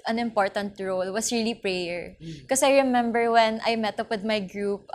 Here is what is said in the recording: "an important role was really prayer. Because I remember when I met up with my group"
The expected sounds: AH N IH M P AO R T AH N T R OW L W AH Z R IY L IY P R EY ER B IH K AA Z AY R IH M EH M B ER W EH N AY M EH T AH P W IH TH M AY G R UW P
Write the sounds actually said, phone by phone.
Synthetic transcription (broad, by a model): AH N IH M P AO R T AH N T R OW L W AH S R IY L IY P R EY ER K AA S AY R IH M EH M B ER W EH N AY M EH T AH P W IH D M AY G R UW P